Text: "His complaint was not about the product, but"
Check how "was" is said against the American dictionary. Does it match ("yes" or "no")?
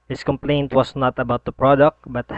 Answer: no